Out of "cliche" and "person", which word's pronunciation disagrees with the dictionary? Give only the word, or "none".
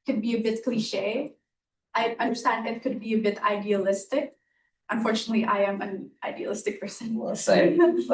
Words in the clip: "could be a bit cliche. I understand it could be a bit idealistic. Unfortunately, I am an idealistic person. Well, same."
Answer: person